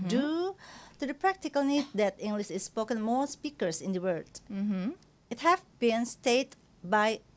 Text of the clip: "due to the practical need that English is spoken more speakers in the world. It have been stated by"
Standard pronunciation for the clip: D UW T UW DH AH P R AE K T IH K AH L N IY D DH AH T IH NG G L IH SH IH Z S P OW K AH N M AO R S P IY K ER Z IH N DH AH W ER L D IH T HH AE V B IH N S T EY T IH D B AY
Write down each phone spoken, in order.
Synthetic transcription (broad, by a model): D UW T UW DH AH P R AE K T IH K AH L N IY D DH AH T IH NG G L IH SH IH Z S P OW K AH N M AO R S P IY K ER S IH N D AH W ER D IH T HH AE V B IH N S T EY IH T B AY